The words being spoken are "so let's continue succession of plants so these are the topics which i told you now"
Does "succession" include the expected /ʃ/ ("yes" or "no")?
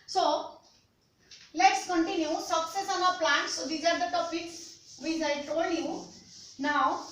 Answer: no